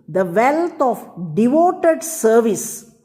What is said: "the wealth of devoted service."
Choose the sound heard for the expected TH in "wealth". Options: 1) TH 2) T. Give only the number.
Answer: 2